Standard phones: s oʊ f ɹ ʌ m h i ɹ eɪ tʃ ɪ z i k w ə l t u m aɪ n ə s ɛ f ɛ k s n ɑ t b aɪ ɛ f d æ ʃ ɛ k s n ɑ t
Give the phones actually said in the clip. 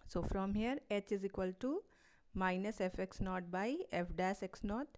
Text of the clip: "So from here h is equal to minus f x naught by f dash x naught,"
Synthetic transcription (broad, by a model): s oʊ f ɹ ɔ m h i ɹ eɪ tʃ ɪ z i k w ə l t u m aɪ n ə s ɛ f ɛ k s n ɑ t b aɪ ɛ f d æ s ɛ k s n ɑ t